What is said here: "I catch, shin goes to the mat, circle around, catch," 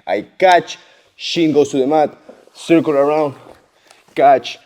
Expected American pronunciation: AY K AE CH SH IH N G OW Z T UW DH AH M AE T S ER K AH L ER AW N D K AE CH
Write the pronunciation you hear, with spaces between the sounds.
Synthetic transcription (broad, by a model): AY K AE CH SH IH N G OW S T UW DH AH M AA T S ER K AH L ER AW N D K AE CH